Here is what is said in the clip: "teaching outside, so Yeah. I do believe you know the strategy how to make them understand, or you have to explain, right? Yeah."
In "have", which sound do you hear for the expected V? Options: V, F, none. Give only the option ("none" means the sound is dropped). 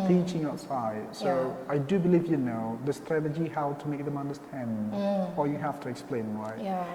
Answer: F